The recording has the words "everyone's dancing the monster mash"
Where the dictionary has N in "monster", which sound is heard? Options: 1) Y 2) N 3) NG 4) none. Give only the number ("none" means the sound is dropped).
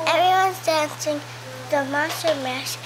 4